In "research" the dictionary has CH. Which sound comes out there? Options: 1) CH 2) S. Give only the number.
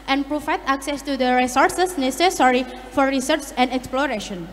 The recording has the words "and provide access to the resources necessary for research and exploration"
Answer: 2